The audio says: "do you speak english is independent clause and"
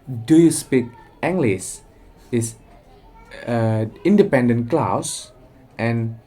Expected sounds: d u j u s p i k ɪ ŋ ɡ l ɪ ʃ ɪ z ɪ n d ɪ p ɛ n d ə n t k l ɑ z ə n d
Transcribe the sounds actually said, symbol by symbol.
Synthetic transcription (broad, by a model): d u j u s p i k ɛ ŋ ɡ l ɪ s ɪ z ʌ n d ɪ p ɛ n d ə n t k l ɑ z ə n